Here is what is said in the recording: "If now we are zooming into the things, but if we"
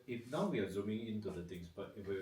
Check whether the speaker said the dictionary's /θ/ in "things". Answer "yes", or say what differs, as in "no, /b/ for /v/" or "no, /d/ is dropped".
no, /t/ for /θ/